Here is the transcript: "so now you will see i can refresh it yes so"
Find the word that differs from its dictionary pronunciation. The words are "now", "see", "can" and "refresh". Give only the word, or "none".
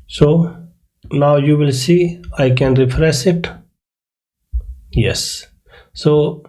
refresh